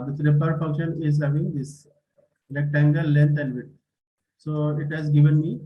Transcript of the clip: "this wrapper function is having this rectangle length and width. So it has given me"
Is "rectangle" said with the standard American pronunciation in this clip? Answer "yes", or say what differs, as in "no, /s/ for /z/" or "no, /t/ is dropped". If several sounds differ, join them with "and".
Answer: no, /l/ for /ɹ/